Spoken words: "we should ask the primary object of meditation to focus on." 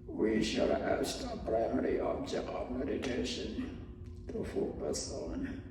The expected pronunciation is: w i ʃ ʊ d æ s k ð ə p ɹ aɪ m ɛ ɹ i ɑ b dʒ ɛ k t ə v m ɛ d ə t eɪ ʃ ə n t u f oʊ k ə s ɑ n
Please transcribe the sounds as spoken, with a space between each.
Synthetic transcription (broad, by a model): w i ʃ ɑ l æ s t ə p ɹ aɪ m ɛ ɹ i ɑ b dʒ ɛ k t ə v m ɛ d ə t eɪ ʃ ə n t u f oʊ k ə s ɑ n